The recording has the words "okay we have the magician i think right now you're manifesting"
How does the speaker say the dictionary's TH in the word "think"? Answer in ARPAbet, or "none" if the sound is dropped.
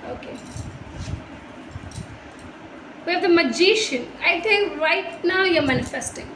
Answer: T